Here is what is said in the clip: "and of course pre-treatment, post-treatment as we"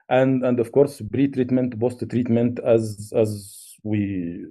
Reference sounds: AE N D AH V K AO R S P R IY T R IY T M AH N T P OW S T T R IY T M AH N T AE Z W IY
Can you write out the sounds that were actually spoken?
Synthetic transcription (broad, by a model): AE N D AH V K AO R S B R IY T R IY T M AH N T B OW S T T R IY T M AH N T AE Z W IY